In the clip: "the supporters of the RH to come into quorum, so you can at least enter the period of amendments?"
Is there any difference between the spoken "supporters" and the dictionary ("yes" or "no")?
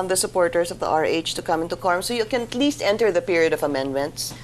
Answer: yes